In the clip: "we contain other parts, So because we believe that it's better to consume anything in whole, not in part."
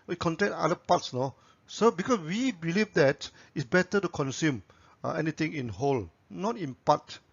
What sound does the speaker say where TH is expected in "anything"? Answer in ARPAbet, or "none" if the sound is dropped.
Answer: T